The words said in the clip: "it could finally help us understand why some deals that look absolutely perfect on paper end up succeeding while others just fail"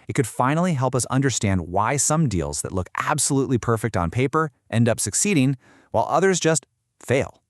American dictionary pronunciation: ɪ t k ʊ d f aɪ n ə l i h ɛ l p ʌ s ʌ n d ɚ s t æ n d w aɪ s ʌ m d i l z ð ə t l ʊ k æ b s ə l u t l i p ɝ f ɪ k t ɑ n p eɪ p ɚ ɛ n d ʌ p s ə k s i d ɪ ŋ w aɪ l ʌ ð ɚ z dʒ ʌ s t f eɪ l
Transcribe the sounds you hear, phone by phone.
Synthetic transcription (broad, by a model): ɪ t k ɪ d f aɪ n l i h ɛ l p ʌ s ʌ n d ɚ s t æ n d w aɪ s ʌ m d i l z ð ə t l ʊ k æ b s ə l u t l i p ɝ f ɪ k t n p eɪ p ɚ ɛ n d ʌ p s ə k s i d ɪ ŋ w aɪ l ʌ ð ɚ z dʒ ʌ s t f eɪ l